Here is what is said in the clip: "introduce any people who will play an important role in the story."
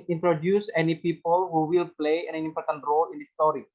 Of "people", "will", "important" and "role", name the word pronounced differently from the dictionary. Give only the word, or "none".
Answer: none